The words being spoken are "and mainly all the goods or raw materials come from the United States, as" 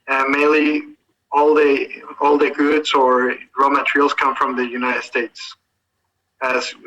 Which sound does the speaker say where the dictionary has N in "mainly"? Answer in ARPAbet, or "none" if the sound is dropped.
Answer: L